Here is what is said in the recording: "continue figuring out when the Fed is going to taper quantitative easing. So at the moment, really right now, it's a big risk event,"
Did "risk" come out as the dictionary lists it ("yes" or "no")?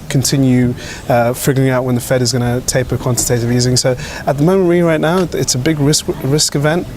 yes